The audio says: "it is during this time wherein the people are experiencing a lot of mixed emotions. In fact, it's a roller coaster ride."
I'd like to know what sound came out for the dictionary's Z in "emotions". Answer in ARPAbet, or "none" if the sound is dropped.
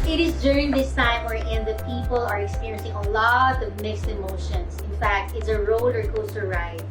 S